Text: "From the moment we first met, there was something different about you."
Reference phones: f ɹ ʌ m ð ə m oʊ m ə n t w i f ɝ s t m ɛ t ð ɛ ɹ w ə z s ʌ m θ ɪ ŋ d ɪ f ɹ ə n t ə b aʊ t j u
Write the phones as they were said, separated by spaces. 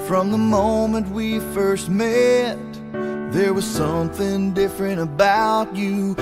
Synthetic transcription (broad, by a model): f ɹ ʌ m ð ə m oʊ m ə n t w i f ɝ s t m ɛ t ð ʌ ɹ w ə z s ʌ m θ ɪ ŋ d ɪ f ɹ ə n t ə b aʊ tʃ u